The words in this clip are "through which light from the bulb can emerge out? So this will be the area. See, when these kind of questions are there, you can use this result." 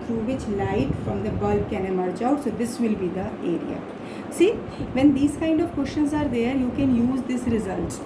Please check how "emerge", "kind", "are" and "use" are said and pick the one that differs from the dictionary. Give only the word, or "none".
emerge